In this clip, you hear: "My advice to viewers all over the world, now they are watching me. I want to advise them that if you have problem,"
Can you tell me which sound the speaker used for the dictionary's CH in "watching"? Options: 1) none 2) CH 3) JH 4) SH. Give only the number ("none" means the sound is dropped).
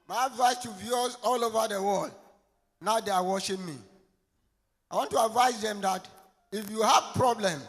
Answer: 4